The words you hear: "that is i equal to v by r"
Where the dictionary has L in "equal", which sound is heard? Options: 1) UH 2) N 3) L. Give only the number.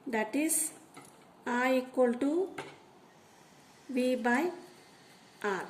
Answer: 3